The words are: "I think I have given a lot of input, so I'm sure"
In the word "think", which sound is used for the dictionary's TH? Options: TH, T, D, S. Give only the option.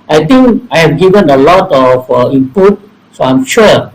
T